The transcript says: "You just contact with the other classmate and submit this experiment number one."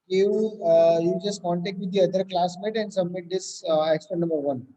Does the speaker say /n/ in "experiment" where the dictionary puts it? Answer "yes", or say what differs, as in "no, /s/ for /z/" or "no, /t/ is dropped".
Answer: no, /n/ is dropped